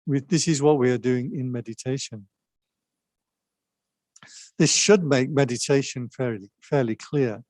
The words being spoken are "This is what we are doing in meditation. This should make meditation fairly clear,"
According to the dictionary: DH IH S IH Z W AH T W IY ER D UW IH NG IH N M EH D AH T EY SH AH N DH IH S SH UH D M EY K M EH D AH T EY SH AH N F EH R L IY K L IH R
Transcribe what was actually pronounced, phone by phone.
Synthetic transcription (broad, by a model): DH IH S IH Z W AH T W IY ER D UW IH NG IH N M EH D AH T EY SH AH N DH IH S SH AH D M EY K M EH D AH T EY SH AH N F EH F L IY K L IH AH